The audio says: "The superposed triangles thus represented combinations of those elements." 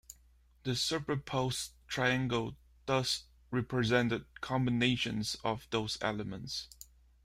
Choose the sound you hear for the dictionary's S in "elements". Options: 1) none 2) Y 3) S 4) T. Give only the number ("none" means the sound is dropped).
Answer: 3